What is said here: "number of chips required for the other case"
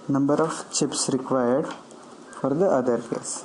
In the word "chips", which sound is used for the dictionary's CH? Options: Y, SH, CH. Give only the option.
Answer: CH